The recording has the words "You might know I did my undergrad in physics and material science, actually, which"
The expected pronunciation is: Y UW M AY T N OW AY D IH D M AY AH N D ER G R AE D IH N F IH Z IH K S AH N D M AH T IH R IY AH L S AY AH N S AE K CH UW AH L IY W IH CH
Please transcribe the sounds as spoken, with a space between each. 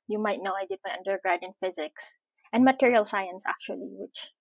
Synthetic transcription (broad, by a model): Y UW M AY T N OW AY D IH D M AY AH N D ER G R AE D IH N F IH Z IH K S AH N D M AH T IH R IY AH L S AY AH N S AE K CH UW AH L IY W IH CH